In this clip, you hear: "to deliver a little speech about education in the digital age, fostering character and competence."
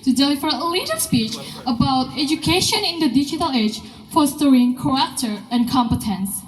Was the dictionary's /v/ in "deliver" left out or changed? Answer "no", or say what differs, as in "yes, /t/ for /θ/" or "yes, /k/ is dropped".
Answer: yes, /f/ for /v/